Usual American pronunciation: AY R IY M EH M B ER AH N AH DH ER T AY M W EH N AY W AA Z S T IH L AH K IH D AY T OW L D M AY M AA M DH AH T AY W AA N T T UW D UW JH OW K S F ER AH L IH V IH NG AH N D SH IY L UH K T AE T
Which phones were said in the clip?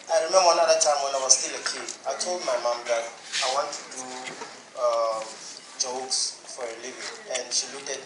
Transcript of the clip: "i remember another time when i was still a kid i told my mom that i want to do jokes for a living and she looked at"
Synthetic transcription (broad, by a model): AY R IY M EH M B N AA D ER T AY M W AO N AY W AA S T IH L AH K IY AY T OW L D M AY M AA M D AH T AY W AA N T T UW D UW JH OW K S F AH L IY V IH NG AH N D SH IY L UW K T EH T